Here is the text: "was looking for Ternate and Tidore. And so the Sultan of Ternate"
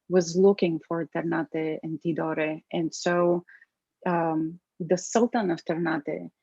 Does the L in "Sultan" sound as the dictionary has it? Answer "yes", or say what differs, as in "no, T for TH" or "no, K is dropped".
yes